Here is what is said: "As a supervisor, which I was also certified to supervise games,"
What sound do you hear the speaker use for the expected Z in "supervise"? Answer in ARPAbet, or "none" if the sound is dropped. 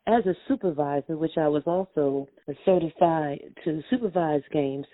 Z